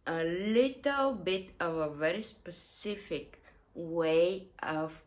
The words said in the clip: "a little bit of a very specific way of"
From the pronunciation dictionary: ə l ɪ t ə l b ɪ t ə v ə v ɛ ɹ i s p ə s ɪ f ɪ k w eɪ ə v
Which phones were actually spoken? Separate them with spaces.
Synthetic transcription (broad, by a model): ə l ɪ t ə l b ɪ t ə v ə v ɛ ɹ i s p ə s ɪ f ɪ k w eɪ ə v